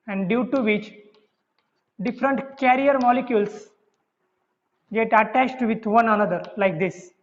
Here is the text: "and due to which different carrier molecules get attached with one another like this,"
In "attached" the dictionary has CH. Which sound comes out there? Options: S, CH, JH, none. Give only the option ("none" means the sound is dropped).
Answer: CH